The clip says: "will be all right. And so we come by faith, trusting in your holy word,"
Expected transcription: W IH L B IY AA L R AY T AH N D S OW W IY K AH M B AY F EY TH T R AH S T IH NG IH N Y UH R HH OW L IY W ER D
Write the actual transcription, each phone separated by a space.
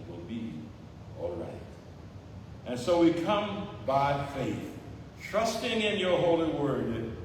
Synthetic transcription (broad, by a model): W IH L B IY AA L R AY T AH N S OW W IY K AH M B AY F EY TH T R AH S T IH NG IH N Y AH R HH OW L IY W ER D